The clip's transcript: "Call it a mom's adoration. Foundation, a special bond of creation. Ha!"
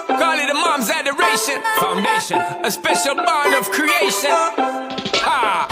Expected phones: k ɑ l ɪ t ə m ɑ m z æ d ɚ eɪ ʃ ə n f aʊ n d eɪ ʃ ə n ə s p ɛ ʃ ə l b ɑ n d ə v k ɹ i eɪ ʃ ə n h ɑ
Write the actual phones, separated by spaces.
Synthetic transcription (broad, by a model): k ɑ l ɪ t ə m ɑ m z æ d ɚ eɪ ʃ ə n f aʊ n d eɪ ʃ ə n ə s p ɛ ʃ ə l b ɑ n ə v k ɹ i eɪ ʃ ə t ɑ